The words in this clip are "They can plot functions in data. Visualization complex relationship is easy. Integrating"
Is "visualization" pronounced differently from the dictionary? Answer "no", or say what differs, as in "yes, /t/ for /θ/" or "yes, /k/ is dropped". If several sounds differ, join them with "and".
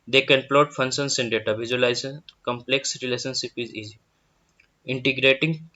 yes, /l/ is dropped and /ʃ/ is dropped